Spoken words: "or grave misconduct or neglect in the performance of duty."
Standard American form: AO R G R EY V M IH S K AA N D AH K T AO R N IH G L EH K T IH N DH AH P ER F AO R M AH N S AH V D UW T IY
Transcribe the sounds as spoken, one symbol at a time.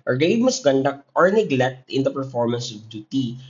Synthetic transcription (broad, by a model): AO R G EY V M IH S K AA N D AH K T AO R N IH G L EH K T IH N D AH P ER F AO R M AH N S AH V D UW T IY